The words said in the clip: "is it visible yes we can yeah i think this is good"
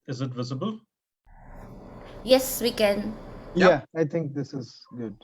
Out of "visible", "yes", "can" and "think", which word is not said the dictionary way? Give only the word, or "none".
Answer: think